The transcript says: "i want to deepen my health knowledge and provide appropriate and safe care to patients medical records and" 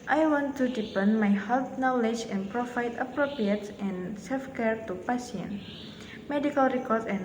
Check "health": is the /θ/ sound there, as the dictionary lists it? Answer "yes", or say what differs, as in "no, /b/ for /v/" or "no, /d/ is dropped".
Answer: no, /t/ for /θ/